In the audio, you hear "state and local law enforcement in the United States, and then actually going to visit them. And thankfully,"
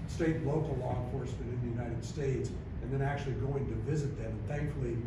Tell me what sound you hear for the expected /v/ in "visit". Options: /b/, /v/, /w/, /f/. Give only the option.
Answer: /v/